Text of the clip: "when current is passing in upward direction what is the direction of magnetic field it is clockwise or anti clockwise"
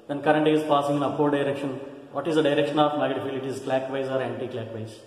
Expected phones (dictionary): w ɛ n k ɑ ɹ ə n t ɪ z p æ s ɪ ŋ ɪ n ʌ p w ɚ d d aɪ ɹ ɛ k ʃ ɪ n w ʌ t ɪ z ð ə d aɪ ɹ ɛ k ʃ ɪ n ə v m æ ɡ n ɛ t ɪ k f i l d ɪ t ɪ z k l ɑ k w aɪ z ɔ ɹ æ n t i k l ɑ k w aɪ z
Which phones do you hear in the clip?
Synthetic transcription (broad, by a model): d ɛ n k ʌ ɹ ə n t ɪ z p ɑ s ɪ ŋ ɪ n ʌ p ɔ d d aɪ ɹ ɛ k ʃ ɪ n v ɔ t ɪ z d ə d aɪ ɹ ɛ k ʃ ɪ n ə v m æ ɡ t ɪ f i l ɪ t ɪ z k l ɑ k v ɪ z ɔ ɹ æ n t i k l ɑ k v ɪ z